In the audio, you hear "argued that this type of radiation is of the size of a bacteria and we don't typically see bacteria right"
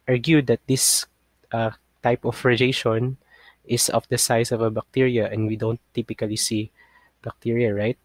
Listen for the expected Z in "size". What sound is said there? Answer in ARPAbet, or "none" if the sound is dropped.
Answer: S